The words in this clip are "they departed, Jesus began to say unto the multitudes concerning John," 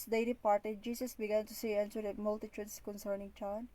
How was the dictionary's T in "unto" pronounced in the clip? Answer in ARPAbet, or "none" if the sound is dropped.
S